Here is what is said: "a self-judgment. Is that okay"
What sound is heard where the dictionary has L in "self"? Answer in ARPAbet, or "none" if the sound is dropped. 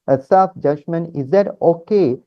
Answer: none